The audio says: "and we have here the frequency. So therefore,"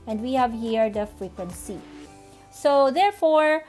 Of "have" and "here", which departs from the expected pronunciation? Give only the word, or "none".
none